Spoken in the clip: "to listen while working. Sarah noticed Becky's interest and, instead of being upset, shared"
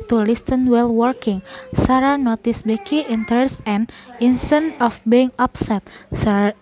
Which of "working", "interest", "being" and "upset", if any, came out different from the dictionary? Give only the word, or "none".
interest